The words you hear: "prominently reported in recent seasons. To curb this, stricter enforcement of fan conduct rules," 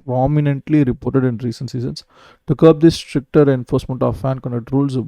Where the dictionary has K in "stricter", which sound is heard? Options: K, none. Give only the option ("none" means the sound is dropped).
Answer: K